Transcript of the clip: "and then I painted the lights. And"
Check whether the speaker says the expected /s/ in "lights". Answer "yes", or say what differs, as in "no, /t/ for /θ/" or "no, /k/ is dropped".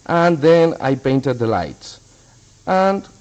yes